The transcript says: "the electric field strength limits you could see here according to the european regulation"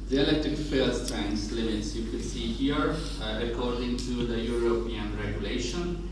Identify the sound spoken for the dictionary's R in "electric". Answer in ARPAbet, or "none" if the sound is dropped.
none